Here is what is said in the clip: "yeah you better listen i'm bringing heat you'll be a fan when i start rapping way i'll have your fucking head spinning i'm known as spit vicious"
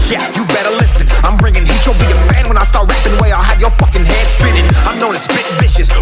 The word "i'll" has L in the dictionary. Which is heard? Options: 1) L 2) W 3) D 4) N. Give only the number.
1